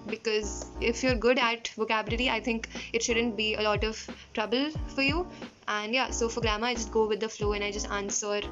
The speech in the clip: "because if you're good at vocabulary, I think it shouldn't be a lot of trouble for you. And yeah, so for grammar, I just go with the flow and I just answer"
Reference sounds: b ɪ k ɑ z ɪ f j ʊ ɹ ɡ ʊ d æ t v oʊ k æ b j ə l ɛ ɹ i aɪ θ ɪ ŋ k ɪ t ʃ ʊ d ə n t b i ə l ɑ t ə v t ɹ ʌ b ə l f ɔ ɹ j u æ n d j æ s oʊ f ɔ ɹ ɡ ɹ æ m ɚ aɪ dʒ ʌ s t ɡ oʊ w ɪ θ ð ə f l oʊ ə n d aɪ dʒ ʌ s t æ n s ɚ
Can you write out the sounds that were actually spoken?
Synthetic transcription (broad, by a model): b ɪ k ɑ z ɪ f j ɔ ɹ ɡ ʊ d æ t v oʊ k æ b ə l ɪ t i aɪ t ɪ ŋ k ɪ t ʃ ʊ d ə n t b i ə l ɑ t ə v t ɹ ʌ b ə l f ɔ ɹ j u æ n d j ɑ s oʊ f ɔ ɹ ɡ ɹ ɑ m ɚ aɪ dʒ ʌ s t ɡ oʊ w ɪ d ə f l oʊ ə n aɪ dʒ ʌ s t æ n s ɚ